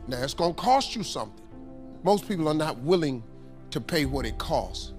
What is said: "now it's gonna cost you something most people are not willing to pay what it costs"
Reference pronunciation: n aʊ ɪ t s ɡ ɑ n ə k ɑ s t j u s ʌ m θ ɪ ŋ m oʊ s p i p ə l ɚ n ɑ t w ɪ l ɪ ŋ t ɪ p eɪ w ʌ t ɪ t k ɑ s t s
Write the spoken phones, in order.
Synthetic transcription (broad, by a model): n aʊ ɪ t s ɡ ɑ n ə k ɑ s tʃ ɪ s ʌ m θ ɪ ŋ m oʊ s p i p l ɚ n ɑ t w ɪ l ɪ ŋ t ɪ p eɪ w ʌ t ɪ t k ɑ s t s